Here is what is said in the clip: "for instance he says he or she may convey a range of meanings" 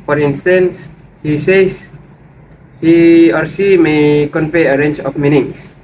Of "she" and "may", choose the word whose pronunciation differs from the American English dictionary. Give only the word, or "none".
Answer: she